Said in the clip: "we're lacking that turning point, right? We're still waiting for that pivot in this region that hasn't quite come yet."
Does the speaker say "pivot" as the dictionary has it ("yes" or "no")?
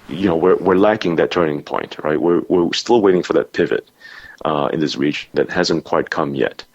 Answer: yes